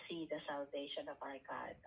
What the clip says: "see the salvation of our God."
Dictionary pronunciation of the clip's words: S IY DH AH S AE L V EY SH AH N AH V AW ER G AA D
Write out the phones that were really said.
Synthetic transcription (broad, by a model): S IY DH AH S AE L V EY SH AH N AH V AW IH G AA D